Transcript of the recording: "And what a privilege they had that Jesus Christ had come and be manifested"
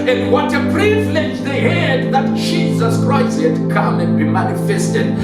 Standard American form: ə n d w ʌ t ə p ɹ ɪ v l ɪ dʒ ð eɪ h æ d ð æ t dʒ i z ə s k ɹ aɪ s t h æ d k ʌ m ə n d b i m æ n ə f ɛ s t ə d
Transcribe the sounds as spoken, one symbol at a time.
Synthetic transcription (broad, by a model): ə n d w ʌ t ə p ɹ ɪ v l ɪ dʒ ð eɪ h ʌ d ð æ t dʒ i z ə s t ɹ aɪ t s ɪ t k ʌ m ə n b i m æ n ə f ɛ s t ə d